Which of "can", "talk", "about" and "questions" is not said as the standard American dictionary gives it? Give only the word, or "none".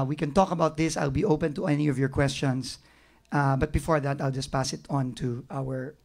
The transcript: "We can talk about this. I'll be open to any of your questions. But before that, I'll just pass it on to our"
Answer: questions